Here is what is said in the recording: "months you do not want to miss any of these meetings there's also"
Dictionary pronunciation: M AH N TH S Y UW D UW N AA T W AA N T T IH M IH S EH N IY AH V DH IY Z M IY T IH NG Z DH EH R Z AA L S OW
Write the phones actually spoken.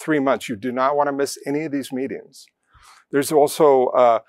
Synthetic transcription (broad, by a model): M AH N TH S Y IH D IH N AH T W AA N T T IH M IH S EH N IY AH V DH IY Z M IY T IH NG Z DH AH R Z AA L S OW